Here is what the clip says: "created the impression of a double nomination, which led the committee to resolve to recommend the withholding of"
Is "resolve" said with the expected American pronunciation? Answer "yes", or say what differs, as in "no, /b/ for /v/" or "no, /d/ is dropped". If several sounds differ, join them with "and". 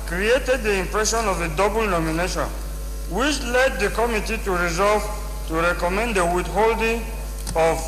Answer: yes